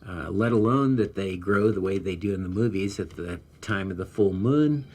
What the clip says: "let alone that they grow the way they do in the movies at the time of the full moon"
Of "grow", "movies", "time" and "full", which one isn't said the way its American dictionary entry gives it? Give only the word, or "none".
none